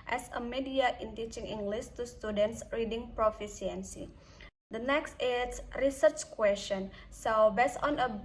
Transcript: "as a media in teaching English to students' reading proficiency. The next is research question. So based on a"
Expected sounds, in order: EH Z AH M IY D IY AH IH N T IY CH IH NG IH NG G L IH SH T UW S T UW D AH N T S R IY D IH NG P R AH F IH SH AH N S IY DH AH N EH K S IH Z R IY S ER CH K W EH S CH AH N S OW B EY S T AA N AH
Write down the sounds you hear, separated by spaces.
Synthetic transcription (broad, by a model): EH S AH M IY D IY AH IH N T IY CH IH NG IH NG G L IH S T UW S T UW D AH N T S R IY D IH NG P R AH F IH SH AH N S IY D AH N EH K S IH S R IY S ER CH K W EH S CH AH N S OW B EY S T AA N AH